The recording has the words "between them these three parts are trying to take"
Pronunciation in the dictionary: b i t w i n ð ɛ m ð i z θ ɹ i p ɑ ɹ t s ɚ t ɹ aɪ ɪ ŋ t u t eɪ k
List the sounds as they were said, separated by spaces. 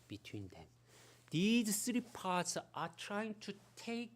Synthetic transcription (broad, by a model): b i t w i n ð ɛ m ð i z s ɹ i p ɑ t s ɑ t ɹ aɪ ɪ ŋ t u t eɪ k